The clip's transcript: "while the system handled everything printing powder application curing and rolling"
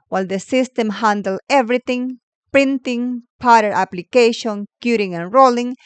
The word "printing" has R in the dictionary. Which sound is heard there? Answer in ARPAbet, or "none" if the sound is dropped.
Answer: R